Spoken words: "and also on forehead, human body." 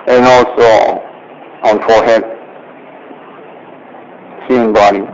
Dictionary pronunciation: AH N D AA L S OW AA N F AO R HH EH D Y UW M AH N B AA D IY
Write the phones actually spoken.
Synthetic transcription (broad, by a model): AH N AA L S OW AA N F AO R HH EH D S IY AH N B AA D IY